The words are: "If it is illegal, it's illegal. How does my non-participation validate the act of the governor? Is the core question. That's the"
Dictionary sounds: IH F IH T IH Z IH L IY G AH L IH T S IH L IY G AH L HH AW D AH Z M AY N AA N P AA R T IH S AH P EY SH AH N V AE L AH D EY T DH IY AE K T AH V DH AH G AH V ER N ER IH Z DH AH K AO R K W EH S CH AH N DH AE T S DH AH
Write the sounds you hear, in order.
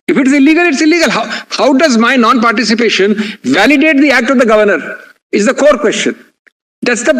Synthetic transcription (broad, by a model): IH F IH T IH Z IH L IY G AH L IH T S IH L IY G AH L HH AW D AH Z M AY N AA N P AA R T IH S AH P EY SH AH N V AE L AH D EY T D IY AE K T AH V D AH G AH V ER N ER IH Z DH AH K AO R K W EH S CH AH N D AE T S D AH